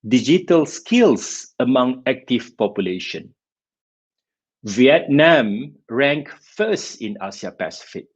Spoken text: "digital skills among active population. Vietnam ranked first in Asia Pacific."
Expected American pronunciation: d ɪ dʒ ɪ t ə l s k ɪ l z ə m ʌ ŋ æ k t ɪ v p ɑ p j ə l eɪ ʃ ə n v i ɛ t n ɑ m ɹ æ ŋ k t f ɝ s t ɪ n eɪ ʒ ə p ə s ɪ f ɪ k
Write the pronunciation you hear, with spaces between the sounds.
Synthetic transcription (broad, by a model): d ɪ dʒ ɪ t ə l s k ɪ l s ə m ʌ ŋ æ k t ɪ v p ɑ p j ə l eɪ ʃ ə n v i ɛ t n ɑ m ɹ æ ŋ k f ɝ s t ɪ n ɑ s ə p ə s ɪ f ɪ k